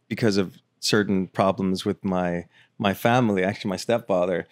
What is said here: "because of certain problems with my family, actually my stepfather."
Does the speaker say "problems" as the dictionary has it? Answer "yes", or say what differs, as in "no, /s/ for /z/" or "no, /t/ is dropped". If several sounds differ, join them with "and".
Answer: yes